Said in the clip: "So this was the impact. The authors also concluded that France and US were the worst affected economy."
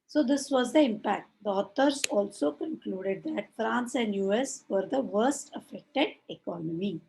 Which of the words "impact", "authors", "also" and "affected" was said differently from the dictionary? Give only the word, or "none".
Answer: authors